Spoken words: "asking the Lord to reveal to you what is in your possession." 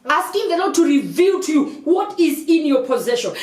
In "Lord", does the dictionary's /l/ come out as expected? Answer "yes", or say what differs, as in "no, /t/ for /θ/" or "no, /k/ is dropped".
no, /n/ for /l/